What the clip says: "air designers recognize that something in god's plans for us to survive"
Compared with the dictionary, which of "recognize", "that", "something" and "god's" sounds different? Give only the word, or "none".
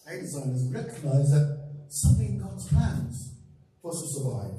none